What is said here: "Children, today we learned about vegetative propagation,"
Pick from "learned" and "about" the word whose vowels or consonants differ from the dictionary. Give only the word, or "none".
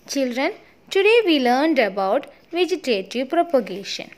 none